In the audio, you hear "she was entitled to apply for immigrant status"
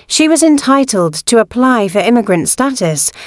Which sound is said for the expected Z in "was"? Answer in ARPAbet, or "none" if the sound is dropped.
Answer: Z